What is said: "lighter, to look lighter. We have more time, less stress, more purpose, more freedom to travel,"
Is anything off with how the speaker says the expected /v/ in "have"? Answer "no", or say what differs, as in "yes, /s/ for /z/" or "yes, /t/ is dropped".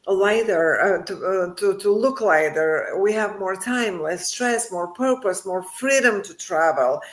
no